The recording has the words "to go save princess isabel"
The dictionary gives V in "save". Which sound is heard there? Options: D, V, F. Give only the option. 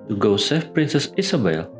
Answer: F